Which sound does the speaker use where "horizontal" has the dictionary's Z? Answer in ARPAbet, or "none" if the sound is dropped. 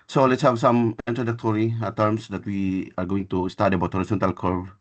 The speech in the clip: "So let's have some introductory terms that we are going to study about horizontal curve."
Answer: S